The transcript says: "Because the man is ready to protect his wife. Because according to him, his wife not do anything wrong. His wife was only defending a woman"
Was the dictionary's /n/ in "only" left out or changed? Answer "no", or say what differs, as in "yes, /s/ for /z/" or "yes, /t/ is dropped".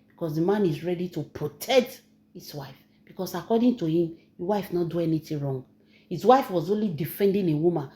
no